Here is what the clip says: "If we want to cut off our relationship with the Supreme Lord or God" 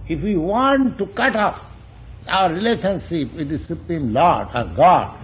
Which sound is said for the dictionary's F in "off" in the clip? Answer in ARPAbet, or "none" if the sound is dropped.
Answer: P